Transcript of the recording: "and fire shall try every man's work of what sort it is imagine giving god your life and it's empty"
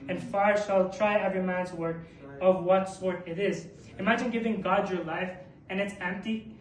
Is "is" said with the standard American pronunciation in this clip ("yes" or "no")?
yes